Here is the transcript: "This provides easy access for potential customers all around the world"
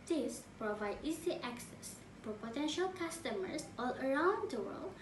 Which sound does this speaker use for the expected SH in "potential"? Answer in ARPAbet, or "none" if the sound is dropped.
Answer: SH